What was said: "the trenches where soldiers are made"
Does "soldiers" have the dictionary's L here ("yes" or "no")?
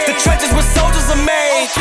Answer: yes